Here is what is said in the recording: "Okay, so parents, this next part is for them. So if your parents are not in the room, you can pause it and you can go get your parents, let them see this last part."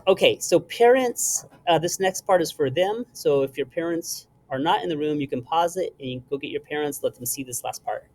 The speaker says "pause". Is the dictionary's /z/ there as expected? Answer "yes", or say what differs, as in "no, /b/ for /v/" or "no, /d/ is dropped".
yes